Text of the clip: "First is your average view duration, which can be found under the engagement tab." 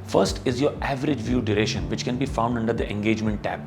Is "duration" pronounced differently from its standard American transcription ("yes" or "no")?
no